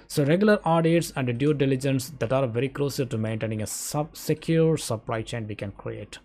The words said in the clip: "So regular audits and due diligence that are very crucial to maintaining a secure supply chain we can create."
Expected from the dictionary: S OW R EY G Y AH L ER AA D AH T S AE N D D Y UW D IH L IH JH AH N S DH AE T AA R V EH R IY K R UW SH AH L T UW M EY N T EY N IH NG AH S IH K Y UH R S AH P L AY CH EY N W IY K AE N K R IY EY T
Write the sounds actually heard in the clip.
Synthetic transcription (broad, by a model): S OW R EY G Y AH L ER AA D AH T S AE N D D Y UW D IH L IH JH AH N S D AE T AA R V EH R IY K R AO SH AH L T UW M EY N T EY N IH NG AH S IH K Y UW R S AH P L AY CH EY N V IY K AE N K R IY EY T